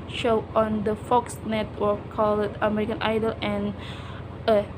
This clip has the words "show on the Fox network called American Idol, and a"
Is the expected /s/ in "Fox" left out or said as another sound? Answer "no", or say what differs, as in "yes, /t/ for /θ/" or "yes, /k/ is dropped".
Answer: no